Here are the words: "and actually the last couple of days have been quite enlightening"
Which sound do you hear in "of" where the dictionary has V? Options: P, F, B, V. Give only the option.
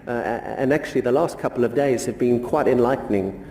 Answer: V